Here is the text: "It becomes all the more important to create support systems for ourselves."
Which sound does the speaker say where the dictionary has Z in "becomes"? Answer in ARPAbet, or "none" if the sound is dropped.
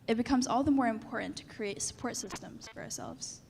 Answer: Z